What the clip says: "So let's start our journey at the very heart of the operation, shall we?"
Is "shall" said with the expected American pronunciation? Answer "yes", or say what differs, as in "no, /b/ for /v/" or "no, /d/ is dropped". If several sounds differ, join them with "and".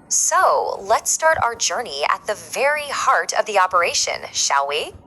yes